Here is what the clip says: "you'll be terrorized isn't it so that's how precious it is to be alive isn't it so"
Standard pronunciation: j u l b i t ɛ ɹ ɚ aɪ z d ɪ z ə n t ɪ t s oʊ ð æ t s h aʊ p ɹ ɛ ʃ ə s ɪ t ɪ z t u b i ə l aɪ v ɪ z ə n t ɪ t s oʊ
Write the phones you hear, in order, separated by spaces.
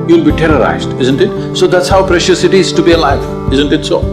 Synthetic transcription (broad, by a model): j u l b i t ɛ ɹ ɚ aɪ z d ɪ z ə n t ɪ t s oʊ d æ t s h aʊ p ɹ ɛ ʃ ə s ɪ t ɪ z t u b i ə l aɪ v ɪ z ə n t ɪ t s oʊ